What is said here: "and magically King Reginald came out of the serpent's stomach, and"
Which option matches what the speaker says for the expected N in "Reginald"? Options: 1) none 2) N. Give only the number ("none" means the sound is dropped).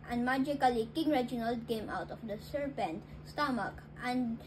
2